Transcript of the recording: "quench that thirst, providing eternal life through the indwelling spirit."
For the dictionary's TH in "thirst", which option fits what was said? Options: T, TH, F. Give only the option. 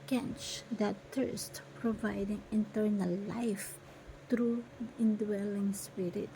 T